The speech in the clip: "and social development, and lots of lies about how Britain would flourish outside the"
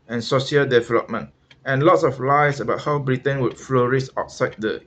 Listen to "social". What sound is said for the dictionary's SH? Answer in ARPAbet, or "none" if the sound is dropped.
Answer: none